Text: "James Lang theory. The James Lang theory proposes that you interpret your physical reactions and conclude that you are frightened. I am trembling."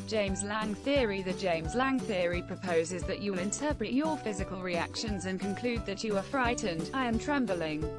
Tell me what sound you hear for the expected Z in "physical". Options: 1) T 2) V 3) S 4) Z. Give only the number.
4